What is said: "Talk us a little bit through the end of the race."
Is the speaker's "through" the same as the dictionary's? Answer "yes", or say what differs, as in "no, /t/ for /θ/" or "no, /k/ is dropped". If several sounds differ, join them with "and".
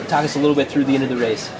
yes